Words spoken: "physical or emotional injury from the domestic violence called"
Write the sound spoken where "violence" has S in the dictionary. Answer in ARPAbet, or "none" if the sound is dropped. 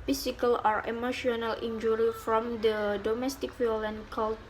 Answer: none